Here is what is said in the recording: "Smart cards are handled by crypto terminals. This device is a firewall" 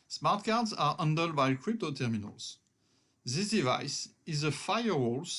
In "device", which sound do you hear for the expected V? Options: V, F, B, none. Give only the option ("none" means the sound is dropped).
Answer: V